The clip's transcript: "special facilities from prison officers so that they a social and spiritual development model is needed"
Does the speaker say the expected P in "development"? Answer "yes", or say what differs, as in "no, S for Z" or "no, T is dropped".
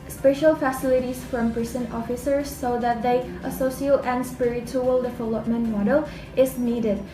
yes